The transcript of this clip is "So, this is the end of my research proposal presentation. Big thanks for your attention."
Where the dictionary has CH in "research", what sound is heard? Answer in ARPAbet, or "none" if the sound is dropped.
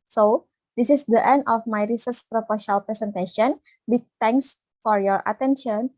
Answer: S